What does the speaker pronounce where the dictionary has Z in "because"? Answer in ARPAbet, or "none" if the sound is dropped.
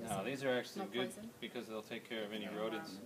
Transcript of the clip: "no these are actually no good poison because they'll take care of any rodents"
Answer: Z